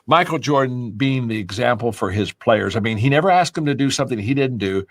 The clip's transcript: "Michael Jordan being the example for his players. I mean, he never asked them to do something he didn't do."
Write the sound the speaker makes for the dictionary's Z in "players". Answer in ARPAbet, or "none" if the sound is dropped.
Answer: Z